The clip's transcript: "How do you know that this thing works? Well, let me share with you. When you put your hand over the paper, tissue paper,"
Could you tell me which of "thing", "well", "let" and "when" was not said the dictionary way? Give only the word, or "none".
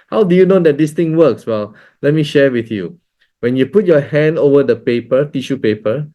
thing